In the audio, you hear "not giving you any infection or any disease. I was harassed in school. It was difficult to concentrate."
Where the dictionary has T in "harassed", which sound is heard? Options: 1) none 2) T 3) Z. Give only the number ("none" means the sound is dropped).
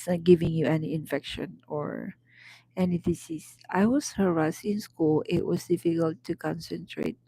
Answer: 1